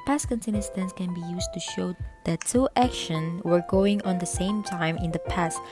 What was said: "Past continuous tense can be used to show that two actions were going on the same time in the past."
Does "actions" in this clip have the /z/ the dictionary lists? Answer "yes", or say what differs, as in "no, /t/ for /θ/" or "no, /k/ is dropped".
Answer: no, /z/ is dropped